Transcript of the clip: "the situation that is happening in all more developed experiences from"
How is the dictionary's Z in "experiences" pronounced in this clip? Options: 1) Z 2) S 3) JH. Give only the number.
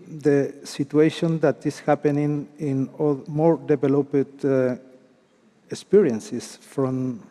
2